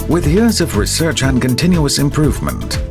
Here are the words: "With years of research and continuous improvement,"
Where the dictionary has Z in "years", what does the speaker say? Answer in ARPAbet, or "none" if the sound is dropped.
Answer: Z